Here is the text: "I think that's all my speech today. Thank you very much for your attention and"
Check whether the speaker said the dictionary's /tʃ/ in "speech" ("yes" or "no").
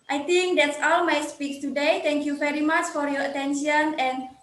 no